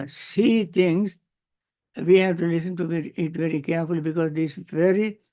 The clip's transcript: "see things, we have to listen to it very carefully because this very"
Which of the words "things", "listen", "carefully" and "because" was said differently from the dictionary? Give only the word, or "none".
things